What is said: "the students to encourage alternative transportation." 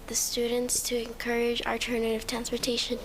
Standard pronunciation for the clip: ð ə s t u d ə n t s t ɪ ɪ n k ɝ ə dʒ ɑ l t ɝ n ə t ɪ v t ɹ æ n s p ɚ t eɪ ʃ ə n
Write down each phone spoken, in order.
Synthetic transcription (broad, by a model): ð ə s t u d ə n t s t ɪ ɪ n k ɝ ə dʒ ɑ t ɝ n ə t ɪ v t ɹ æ n s p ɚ t eɪ ʃ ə n